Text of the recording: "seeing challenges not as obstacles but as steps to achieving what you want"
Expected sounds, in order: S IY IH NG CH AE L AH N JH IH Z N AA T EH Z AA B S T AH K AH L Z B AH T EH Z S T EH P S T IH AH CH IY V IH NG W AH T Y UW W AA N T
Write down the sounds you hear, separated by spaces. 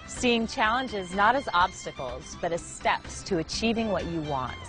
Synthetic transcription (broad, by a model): S IY IH NG CH AE L AH N JH IH Z N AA T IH Z AA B S T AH K L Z B AH T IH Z S T EH P S T IH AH CH IY V IH NG W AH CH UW W AA N T